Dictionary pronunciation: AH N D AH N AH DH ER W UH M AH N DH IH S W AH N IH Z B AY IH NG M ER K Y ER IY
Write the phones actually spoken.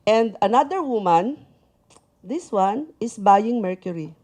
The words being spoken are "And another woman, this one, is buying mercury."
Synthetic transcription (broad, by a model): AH N D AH N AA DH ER W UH M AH N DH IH S W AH N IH S B AY IH NG M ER K Y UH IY